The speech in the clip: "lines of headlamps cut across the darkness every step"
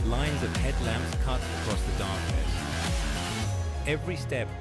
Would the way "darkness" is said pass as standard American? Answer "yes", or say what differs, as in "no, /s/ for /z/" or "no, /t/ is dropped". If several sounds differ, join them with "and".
no, /n/ is dropped